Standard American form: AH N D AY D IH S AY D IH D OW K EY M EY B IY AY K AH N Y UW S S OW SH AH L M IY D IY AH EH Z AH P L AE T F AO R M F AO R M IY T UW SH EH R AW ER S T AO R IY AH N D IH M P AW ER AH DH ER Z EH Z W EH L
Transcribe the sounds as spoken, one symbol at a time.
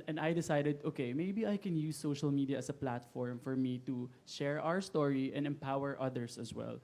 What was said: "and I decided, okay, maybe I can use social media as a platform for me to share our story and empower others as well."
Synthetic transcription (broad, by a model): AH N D AY D IH S AY D IH D OW K EY M EY B IY AY K AH N Y UW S S OW SH AH L M IY D IY AH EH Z AH P L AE T F AO R M F AO R M IY T UW SH EH R AW ER S T AO R IY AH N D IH M P AW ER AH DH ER S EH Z W EH L